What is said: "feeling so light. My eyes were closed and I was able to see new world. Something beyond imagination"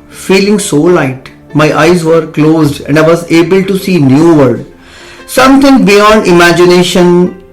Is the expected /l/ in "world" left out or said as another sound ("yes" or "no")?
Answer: yes